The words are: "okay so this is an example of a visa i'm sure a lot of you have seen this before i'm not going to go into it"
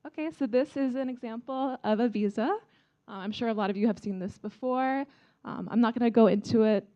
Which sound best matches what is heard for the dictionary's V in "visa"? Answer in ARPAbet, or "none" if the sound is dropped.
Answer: V